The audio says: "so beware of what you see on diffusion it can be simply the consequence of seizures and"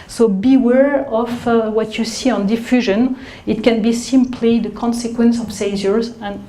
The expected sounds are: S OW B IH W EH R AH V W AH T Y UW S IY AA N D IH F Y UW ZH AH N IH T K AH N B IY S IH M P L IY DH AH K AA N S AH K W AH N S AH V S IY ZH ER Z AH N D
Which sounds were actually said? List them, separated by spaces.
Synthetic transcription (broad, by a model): S OW B IH W EH R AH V W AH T Y UW S IY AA N D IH F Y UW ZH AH N IH T K AH N B IY S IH M P L IY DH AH K AA N S AH K W AH N S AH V S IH Z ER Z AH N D